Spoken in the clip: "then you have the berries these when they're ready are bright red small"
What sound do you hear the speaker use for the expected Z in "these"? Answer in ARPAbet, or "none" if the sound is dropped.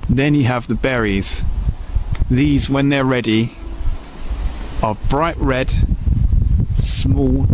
Z